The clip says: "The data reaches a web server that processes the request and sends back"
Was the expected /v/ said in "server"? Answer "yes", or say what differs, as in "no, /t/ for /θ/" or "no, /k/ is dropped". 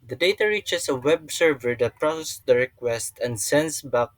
yes